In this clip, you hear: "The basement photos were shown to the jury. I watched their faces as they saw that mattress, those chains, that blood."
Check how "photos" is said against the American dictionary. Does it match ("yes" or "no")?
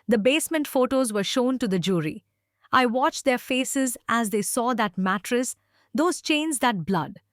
yes